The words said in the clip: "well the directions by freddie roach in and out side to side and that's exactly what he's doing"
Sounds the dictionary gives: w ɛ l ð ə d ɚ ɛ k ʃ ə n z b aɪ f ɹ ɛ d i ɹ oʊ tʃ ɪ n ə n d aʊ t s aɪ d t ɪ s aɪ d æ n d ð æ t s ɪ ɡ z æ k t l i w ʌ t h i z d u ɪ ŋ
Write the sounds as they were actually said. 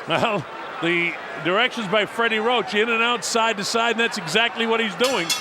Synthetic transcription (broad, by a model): w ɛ l ð ə d ɚ ɛ k ʃ ə n z b aɪ f ɹ ɛ d i ɹ oʊ tʃ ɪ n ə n aʊ t s aɪ d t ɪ s aɪ d n ð æ t s ɪ ɡ z æ k t l i w ʌ t h i z d u ɪ ŋ